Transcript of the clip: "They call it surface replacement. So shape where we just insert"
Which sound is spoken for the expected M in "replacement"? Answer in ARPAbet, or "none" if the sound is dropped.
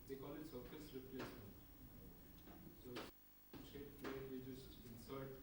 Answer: none